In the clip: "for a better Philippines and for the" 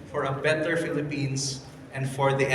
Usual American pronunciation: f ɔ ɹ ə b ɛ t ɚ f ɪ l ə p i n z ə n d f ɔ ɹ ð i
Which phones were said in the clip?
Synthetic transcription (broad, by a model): f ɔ ɹ ə b ɛ t ɚ f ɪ l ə p i n s ə n d f ɔ ɹ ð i